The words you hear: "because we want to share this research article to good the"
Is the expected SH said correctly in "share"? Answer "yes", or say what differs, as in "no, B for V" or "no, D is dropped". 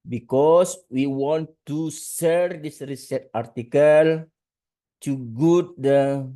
no, S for SH